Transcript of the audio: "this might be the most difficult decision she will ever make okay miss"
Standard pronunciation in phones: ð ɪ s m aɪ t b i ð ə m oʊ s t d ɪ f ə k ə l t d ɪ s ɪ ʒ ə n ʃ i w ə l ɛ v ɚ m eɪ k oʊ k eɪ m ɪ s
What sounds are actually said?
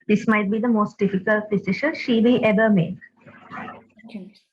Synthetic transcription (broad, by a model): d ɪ s m aɪ t b i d ə m oʊ s t d ɪ f ə k ə l t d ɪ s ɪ ʃ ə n ʃ i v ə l ɛ v ɚ m eɪ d